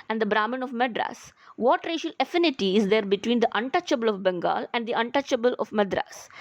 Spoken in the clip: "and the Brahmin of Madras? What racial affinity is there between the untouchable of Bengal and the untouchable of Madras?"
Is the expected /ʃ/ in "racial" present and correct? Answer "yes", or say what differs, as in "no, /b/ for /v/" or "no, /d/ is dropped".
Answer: yes